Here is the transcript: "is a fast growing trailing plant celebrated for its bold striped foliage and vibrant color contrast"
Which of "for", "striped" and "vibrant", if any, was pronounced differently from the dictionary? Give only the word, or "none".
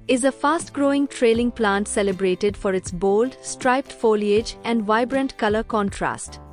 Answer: none